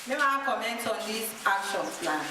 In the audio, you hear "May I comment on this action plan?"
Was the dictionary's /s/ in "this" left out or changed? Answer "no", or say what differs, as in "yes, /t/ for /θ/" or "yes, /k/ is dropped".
yes, /s/ is dropped